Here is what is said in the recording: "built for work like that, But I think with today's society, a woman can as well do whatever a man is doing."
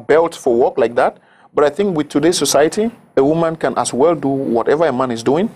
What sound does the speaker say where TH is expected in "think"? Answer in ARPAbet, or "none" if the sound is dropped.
TH